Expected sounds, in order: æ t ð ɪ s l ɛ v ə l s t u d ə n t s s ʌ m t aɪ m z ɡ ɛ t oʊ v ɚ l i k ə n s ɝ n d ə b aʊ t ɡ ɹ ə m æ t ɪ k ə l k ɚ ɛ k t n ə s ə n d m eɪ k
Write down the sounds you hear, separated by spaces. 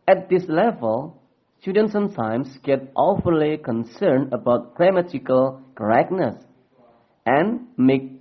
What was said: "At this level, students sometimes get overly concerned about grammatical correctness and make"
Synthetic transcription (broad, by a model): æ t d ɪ s l ɛ v ə l s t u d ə n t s s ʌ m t aɪ m s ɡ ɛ t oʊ f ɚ l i k ə n s ɝ n d ə b aʊ t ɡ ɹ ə m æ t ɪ k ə l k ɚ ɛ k n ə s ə n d m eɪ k